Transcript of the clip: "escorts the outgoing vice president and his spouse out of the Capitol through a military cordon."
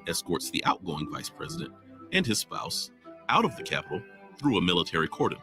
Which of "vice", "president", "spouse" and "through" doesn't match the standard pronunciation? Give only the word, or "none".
none